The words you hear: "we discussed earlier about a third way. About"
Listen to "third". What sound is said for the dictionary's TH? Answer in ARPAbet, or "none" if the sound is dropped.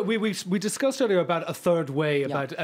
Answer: TH